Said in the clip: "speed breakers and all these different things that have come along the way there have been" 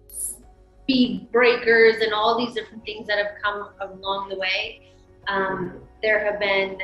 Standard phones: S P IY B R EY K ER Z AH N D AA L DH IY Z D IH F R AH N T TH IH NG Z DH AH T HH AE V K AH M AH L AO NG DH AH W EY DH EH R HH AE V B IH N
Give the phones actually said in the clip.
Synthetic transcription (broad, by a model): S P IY B R EY K ER Z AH N AA L DH IY Z D IH F R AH N TH IH NG Z DH AH T HH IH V K AH M AH L AO NG DH AH W EY DH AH R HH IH V B IH N